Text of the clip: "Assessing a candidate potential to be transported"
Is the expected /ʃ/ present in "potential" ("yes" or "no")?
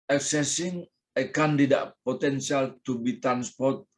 no